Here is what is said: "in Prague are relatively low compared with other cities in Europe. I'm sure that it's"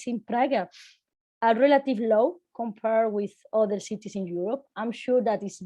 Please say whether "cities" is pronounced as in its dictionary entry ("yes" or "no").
no